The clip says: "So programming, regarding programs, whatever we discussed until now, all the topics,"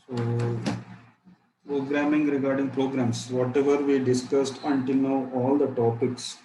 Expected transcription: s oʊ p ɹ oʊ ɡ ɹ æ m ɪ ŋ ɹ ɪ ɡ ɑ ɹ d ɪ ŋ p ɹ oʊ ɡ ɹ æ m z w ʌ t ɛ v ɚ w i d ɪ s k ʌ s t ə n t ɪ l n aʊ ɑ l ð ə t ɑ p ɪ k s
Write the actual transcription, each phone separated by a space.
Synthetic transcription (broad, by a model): s oʊ p ɹ oʊ ɡ ɹ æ m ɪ ŋ ɹ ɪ ɡ ɑ ɹ d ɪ ŋ p ɹ oʊ ɡ ɹ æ m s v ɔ t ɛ v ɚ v i d ɪ s k ʌ s t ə n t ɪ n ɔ ɑ l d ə t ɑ p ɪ k s